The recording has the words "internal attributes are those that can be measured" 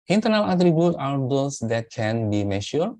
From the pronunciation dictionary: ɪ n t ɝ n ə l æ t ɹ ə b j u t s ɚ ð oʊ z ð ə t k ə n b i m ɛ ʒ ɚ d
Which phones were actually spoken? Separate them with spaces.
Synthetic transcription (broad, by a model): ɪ n t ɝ n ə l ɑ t ɹ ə b j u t ɑ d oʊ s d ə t k ə n b i m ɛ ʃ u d